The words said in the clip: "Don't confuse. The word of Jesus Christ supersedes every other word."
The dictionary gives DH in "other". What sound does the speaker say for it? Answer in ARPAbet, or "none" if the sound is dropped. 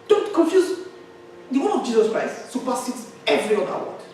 none